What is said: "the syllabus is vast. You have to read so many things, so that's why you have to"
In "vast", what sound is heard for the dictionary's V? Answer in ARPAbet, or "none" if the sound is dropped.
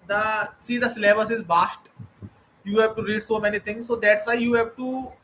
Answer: B